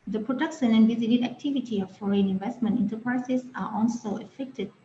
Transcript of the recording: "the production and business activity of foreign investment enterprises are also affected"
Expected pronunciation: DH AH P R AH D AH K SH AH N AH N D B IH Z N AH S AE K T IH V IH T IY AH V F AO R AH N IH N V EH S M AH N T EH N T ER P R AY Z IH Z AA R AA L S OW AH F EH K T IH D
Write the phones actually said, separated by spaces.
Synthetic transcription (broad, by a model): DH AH P R AH D AH K SH AH N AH N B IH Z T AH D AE K T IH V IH T IY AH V F AO R AH N IH N V EH S M AH N T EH N T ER P R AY S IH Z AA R AA L S OW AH F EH K T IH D